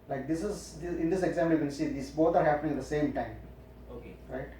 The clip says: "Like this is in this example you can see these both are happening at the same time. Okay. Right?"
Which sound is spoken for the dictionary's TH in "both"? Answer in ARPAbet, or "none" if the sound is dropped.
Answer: T